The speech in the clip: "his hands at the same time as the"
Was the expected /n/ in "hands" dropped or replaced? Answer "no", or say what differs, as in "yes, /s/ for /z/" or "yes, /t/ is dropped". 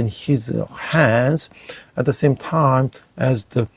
no